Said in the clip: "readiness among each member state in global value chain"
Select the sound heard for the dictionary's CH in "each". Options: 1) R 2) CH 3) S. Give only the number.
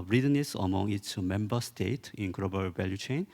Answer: 3